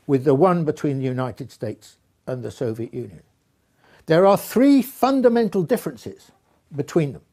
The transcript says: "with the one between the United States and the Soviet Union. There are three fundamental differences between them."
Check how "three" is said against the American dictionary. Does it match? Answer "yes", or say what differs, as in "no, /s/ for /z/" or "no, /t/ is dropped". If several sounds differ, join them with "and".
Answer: yes